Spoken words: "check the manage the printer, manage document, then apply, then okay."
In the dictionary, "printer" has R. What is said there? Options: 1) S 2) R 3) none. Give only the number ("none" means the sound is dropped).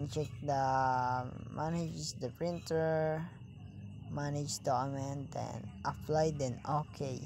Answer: 2